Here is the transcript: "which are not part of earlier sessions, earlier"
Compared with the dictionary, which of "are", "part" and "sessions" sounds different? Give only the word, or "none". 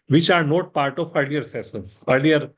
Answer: sessions